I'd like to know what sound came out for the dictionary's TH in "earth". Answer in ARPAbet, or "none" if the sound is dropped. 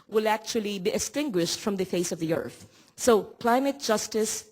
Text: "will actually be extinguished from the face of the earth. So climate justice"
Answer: TH